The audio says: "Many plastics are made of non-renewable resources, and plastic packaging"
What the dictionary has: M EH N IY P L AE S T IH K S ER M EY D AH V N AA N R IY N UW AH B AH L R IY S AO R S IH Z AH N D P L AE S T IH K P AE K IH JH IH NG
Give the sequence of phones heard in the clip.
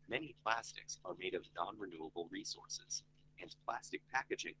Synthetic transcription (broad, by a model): M EH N IY P L AE S T IH K S ER M EY D AH V N AA N R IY N UW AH B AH L R IY S AO R S IH Z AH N P L AE S T IH K P AE K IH JH IH NG